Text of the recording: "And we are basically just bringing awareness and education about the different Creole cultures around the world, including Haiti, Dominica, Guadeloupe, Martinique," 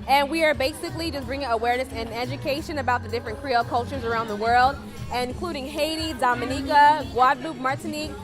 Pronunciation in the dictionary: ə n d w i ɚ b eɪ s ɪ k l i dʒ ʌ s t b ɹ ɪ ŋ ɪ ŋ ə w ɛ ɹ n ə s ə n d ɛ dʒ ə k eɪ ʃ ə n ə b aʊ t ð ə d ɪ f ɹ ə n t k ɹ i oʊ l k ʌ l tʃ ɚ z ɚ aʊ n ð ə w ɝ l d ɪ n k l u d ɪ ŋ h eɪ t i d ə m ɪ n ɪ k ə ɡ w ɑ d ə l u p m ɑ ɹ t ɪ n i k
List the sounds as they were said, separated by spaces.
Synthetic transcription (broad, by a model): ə n w i ɚ b eɪ s ɪ k l i dʒ ʌ s b ɹ ɪ ŋ ɪ ŋ ə w ɛ ɹ n ə s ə n ɛ dʒ ə k eɪ ʃ ə n ə b aʊ t ð ə d ɪ f ɹ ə n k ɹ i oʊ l k ʌ l tʃ ɚ z ɚ aʊ n ð ə w ɝ l d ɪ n k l u d ɪ ŋ h eɪ t i d ə m ɪ n ɪ k ə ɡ w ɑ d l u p m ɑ ɹ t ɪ n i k